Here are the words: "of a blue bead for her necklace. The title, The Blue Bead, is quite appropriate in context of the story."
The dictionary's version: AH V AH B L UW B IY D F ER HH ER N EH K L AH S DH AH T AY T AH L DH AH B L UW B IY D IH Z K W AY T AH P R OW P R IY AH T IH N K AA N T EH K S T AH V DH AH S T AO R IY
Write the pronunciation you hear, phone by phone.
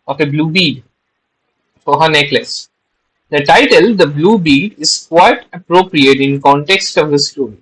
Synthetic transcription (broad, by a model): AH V AH B L UW B IY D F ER HH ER N EH K L AH S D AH T AY T AH L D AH B L UW B IY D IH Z K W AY T AH P R OW P R IY AH T IH N K AA N T EH K S T AH V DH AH S T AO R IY